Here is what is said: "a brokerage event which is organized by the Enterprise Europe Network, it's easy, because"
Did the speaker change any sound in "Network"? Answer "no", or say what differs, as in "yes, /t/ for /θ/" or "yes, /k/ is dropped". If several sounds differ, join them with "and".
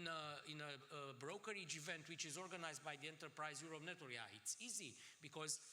yes, /k/ is dropped